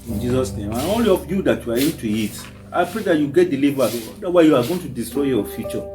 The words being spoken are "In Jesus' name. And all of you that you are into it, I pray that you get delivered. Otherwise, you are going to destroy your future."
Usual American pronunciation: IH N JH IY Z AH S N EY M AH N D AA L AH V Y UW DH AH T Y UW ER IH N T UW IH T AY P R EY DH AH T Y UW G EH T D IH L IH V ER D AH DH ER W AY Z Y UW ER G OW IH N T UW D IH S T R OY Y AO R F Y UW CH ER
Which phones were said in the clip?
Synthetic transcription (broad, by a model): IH N JH IY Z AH S N EY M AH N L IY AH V Y UW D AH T Y UW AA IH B T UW IH T AY P R EY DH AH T Y UW G EH T D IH L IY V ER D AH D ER W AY Y UW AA G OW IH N T UW D IH S T R OY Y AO F Y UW CH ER